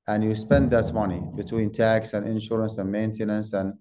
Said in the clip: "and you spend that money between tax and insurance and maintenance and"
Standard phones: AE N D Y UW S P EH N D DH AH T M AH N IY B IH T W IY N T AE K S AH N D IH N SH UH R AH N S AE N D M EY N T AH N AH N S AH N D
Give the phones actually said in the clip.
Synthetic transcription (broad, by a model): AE N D Y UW S P EH N D DH AH T M AH N IY B IH T W IY N T AE K S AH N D IH N SH UH R AH N S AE N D M EY N T AH N AH N S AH N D